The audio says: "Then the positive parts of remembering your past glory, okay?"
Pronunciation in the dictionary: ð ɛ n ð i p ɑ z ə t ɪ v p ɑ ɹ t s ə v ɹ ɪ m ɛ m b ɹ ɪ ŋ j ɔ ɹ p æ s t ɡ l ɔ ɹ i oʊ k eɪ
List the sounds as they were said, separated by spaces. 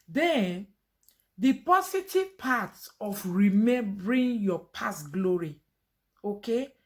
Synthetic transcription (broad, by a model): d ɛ n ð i p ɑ s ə t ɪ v p ɑ t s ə f ɹ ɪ m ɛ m b ɹ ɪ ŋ j ɔ p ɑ s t ɡ l ɔ ɹ i oʊ k eɪ